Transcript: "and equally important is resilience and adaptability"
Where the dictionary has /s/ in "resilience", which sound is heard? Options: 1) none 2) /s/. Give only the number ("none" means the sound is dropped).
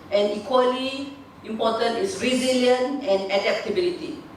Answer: 1